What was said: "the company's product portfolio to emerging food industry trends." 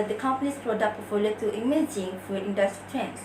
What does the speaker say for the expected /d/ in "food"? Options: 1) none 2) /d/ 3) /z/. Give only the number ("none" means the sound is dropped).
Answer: 1